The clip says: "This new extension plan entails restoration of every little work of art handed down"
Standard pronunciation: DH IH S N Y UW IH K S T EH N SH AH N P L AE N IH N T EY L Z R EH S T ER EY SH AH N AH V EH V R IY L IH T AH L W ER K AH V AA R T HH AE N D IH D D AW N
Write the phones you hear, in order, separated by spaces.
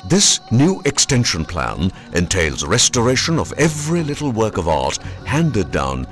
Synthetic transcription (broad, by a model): DH IH S N Y UW IH K S T EH N SH AH N P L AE N IH N T EY L Z R EH S T ER EY SH AH N AH V EH V R IY L IH T L W ER K AH V AA R T HH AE N D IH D D AW N